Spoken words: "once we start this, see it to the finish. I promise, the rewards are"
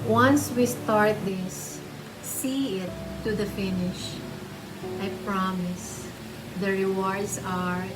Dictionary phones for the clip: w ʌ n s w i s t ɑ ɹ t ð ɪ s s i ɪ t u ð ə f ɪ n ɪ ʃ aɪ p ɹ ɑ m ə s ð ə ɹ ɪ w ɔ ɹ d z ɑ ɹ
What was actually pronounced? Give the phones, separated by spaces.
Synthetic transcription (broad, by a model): w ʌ n s w i s t ɑ ɹ t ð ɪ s s i ɪ t u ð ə f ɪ n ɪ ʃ aɪ p ɹ ɑ m ə s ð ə ɹ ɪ w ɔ ɹ d s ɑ ɹ